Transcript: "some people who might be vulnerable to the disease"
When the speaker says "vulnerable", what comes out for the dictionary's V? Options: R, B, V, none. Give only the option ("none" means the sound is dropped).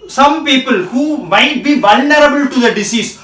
V